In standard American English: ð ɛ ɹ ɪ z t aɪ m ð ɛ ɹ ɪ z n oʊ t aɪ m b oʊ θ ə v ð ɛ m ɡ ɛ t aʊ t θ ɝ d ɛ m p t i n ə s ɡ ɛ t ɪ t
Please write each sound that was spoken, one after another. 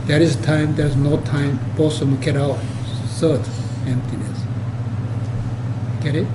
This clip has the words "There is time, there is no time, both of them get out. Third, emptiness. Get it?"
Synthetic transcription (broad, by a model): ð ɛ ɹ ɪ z t aɪ m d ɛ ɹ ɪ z n oʊ t aɪ m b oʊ s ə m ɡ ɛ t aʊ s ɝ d ɛ m p t i n ə s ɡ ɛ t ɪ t